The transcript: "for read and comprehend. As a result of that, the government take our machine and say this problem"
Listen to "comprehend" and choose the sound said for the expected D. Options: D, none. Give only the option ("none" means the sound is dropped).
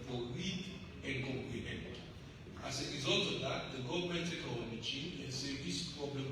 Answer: none